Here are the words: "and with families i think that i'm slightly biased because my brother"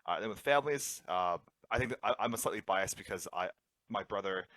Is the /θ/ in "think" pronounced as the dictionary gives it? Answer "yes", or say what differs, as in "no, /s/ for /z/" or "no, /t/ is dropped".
yes